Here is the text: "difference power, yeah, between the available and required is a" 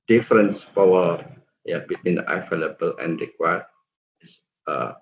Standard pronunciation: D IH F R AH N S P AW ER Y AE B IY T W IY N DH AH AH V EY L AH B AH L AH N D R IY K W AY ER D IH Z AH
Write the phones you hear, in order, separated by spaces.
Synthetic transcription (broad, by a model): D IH F R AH N S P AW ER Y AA B IY T W IY N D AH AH F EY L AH B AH L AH N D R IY K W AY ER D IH S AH